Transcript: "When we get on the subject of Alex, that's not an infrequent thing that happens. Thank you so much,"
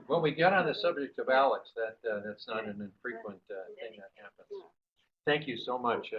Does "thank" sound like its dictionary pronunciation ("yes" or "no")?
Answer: yes